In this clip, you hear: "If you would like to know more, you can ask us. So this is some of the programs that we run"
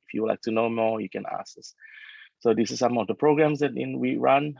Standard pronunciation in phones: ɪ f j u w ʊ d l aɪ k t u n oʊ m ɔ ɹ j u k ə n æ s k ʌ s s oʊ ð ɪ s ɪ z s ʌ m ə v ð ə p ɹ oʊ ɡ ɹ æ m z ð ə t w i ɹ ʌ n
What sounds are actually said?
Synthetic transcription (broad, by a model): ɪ f j u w l aɪ k t u n oʊ m ɔ ɹ j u k ə n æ s ʌ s s oʊ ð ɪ s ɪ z s ʌ m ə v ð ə p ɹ oʊ ɡ ɹ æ m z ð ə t w i ɹ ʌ n